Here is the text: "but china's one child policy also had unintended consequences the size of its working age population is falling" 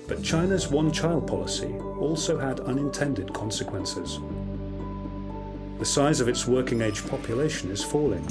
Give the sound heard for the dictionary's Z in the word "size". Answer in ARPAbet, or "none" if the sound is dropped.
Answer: Z